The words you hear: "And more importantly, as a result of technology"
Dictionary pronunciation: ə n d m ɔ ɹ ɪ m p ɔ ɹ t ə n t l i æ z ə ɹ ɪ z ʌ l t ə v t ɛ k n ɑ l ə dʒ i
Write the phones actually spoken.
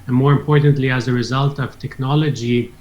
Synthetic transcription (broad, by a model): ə n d m ɔ ɹ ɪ m p ɔ ɹ t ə n t l i æ z ə ɹ ɪ z ʌ l t ə v t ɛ k n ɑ l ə dʒ i